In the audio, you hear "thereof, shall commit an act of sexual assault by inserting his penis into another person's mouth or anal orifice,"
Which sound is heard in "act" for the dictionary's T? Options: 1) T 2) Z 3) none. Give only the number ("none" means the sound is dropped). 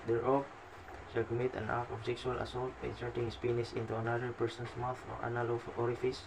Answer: 3